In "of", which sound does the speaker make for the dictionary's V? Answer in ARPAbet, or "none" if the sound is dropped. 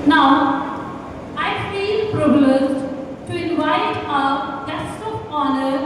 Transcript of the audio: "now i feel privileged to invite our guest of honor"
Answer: P